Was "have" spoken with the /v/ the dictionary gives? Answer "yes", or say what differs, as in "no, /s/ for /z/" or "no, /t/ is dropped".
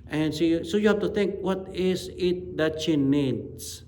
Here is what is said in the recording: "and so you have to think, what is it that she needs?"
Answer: no, /f/ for /v/